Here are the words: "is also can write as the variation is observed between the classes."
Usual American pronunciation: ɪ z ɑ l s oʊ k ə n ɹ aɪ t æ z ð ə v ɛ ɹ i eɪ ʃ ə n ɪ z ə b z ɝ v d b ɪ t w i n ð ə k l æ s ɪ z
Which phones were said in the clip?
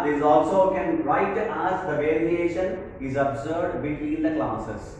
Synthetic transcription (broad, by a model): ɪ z ɑ l s oʊ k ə n ɹ aɪ t æ z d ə v ɛ ɹ i eɪ ʃ ə n ɪ z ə b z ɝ d b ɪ t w i n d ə k l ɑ s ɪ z